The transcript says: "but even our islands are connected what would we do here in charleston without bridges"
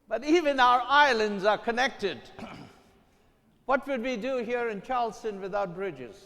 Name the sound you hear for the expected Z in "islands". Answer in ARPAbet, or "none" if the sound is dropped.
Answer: Z